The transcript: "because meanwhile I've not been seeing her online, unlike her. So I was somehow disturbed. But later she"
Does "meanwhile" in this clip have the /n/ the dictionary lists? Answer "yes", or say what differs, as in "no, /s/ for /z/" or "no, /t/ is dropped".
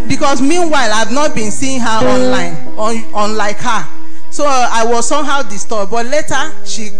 yes